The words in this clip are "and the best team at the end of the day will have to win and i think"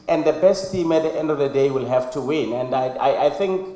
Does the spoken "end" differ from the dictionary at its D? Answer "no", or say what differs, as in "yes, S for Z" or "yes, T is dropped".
no